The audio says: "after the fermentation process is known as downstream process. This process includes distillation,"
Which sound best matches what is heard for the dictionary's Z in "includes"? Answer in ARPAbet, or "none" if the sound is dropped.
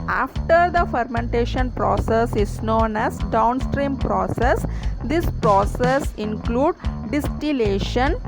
none